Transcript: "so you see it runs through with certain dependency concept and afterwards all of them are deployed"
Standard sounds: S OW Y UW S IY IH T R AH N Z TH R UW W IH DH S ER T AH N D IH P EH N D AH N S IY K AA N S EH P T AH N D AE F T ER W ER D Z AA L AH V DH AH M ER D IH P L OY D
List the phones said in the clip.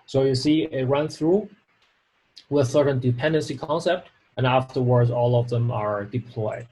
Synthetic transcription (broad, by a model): S OW Y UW S IY IH T R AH N TH R UW W IH DH S ER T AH N D IH P EH N D AH N S IY K AA N S EH P T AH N AE F T ER W ER D Z AA L AH V DH AH M ER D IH P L OY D